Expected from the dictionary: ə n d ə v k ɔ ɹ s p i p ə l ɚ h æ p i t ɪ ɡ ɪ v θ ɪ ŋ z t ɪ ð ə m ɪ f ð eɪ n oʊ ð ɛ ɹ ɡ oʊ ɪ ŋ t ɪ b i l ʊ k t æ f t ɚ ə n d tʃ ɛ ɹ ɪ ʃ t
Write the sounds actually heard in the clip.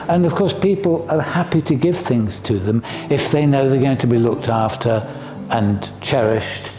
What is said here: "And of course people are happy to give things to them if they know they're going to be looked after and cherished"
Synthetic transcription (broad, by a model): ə n ə v k ɔ ɹ s p i p l ɚ h æ p i t ɪ ɡ ɪ v θ ɪ ŋ z t ɪ ð ə m ɪ f ð eɪ n oʊ ð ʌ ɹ ɡ oʊ ɪ ŋ t ɪ b i l ʊ k t æ f t ɚ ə n tʃ ɛ ɹ ɪ ʃ t